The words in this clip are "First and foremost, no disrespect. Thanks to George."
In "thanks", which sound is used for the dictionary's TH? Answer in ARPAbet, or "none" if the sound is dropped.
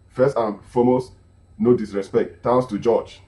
T